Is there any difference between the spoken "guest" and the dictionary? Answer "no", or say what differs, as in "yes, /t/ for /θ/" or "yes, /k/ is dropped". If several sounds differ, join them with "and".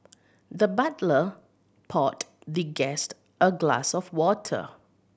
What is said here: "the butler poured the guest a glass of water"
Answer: no